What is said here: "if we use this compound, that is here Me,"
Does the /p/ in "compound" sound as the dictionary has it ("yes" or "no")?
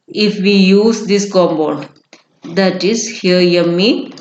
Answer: no